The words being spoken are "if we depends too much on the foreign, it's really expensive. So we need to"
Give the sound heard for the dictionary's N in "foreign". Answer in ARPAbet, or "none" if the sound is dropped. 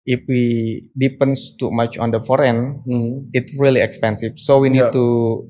N